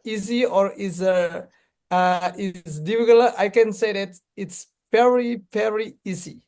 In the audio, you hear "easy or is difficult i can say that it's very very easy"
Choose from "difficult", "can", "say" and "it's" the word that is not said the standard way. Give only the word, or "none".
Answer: difficult